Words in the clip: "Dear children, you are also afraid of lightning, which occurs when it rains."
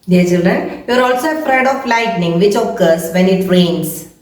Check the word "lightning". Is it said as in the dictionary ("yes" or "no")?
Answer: yes